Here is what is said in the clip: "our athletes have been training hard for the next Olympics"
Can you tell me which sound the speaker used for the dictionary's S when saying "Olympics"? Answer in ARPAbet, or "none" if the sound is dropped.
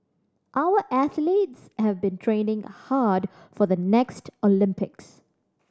S